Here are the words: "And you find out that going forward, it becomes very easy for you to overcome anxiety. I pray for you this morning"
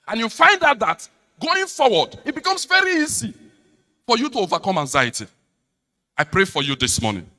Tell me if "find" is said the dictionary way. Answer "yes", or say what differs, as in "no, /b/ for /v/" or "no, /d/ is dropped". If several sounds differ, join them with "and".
yes